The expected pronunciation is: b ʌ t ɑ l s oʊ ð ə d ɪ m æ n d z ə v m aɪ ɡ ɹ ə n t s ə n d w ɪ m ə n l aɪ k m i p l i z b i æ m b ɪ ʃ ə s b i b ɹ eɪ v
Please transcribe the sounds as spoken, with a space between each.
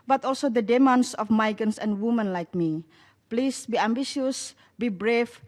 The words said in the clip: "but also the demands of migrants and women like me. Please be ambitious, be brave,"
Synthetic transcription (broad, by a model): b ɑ t ɑ l s oʊ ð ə d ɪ m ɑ n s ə f m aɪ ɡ ə n s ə n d w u m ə n l aɪ k m i p l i s b i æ m b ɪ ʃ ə s b i b ɹ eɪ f